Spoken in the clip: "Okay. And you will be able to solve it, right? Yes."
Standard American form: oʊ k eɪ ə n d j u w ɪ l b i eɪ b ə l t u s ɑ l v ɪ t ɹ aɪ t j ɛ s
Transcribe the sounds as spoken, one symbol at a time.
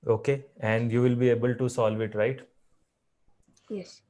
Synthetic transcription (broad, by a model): oʊ k eɪ ə n d j u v ɪ l b i eɪ b ə l t u s ɑ l v ɪ t ɹ aɪ t j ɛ s